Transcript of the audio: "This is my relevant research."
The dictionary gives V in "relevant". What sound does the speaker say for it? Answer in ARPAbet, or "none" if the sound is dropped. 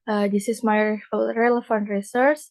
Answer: F